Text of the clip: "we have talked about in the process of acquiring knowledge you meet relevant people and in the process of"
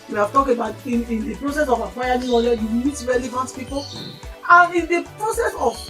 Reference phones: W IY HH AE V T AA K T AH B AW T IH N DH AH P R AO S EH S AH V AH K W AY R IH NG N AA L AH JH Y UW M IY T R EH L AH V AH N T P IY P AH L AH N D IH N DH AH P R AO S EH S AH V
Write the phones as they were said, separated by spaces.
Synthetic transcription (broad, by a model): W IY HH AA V T AA K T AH B AW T IH N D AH P R AO S EH S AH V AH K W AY IH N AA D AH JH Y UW M IY T R EH L AH V AH N T P IY P AH L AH N IH N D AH P R AO S EH S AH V